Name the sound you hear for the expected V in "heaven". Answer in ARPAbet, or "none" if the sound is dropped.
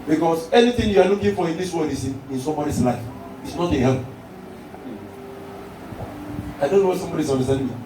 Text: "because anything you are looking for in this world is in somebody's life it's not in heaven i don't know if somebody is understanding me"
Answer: P